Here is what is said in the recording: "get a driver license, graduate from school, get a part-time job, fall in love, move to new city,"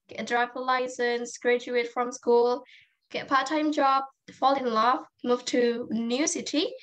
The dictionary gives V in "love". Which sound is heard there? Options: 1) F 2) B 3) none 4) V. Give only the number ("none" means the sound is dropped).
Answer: 1